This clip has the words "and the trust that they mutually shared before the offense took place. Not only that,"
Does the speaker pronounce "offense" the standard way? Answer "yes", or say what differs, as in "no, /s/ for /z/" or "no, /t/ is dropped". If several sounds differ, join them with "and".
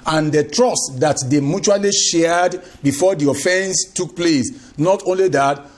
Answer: yes